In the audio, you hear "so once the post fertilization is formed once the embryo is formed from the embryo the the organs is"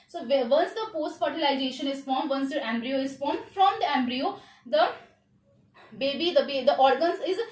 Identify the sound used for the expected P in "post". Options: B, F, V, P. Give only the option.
P